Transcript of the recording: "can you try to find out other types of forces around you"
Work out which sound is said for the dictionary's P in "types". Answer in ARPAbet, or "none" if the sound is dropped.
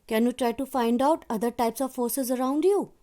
P